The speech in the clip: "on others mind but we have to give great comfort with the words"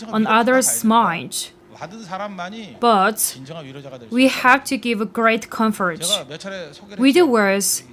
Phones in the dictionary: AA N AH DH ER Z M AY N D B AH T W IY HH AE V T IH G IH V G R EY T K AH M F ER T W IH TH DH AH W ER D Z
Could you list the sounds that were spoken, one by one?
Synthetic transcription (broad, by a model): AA N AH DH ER S M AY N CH B AH T W IY HH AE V T IH G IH V G R EY T K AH M F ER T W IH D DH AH W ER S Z